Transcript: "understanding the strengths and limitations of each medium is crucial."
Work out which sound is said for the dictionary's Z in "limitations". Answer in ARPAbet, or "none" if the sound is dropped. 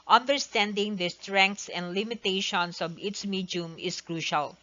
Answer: S